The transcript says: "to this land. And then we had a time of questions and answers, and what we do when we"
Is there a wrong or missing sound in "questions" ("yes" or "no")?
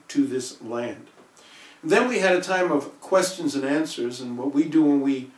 no